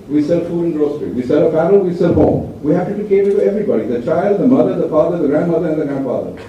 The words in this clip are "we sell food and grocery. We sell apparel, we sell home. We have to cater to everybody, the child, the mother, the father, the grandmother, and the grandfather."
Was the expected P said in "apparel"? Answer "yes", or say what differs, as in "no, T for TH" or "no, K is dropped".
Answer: no, F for P